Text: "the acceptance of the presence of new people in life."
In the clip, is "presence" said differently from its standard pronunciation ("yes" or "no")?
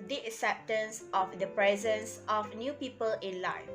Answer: no